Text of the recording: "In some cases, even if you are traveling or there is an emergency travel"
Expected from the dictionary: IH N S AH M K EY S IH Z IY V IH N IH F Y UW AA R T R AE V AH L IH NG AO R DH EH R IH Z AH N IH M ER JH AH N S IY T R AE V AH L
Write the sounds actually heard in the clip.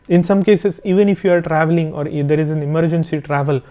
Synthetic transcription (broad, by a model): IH N S AH M K EY S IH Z IY V IH N IH F Y UW AA R T R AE V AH L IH NG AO R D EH R IH Z AH N IH M ER JH AH N S IY T R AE V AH L